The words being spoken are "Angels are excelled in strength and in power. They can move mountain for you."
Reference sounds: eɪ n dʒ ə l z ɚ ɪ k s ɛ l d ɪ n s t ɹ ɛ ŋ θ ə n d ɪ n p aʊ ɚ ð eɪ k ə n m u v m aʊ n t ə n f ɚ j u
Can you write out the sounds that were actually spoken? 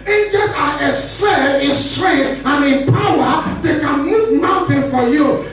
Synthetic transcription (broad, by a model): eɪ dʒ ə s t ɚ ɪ s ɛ d ɪ n s t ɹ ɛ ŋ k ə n ɪ n p aʊ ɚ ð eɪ k ə n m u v m aʊ n t ə n f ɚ j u